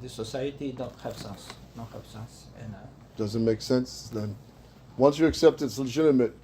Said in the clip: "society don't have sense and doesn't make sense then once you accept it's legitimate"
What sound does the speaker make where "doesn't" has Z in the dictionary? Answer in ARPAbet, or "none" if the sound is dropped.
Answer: Z